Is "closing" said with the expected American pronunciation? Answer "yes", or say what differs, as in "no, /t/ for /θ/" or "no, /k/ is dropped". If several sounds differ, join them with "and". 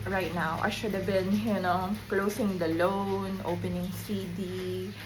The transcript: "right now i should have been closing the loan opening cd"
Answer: no, /s/ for /z/